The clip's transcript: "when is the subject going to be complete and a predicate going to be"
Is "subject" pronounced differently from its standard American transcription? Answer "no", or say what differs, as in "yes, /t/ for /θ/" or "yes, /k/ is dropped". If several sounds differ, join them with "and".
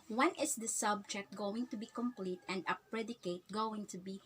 no